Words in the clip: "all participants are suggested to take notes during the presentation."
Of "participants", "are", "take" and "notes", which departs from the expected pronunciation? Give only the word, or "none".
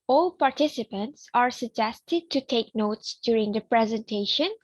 none